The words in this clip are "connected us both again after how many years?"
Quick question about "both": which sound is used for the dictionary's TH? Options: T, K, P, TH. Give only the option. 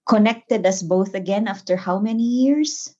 TH